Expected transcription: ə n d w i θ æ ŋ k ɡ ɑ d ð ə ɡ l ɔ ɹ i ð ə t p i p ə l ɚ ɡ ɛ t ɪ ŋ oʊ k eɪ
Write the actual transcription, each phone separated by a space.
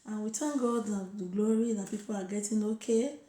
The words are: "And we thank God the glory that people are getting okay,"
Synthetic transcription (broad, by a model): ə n w i t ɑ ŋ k ɡ ɑ d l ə ɡ l ɔ ɹ i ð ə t p i p ə l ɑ ɡ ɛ t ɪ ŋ oʊ k eɪ